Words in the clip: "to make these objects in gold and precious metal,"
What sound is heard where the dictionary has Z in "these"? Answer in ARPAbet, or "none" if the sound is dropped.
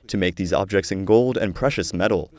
Z